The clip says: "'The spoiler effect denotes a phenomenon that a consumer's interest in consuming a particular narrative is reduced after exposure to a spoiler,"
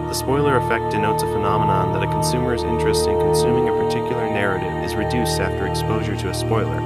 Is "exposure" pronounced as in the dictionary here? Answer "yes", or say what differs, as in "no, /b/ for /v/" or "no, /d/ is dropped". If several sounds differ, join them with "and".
yes